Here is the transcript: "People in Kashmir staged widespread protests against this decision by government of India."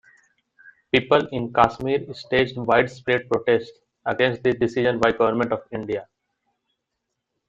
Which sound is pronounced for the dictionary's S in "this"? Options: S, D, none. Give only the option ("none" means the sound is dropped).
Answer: none